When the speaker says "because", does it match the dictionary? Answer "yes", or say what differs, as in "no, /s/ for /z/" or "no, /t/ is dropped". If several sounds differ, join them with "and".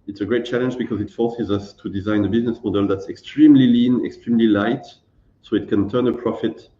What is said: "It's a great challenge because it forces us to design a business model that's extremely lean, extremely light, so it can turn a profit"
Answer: yes